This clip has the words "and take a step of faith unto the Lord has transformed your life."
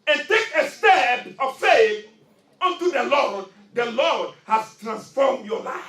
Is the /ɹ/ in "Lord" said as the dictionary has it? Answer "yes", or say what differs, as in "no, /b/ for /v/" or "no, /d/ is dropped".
no, /l/ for /ɹ/